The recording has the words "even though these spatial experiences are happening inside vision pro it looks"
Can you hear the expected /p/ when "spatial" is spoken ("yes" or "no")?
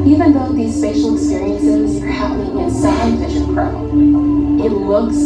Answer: no